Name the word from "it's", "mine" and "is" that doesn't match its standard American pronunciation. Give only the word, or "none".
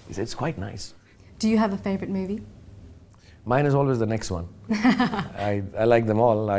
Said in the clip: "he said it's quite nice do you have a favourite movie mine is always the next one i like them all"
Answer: none